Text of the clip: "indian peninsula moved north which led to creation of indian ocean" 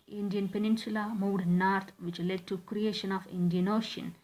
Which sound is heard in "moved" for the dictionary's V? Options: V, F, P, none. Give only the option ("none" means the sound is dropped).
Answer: none